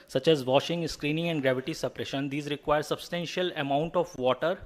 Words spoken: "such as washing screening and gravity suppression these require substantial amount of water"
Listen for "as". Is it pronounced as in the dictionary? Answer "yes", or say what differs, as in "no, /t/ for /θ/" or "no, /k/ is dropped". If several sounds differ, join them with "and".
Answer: yes